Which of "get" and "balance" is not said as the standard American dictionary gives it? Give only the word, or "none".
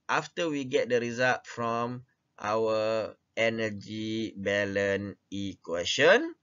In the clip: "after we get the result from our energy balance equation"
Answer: balance